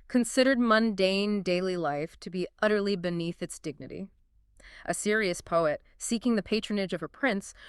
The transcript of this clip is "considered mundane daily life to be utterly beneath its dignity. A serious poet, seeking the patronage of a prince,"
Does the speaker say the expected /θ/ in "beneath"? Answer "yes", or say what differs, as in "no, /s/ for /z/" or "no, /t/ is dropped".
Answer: yes